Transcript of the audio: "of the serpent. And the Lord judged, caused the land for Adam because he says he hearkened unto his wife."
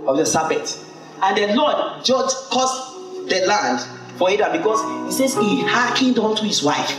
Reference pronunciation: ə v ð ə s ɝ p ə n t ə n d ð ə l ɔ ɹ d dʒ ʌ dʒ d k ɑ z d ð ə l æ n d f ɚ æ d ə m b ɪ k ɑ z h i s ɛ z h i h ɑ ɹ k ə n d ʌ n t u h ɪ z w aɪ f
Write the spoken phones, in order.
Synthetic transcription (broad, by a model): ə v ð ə s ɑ b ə t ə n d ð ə l ɔ d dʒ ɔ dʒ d k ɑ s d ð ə l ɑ n d f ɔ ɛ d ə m b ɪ k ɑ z h i s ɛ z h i h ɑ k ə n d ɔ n t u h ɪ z w aɪ f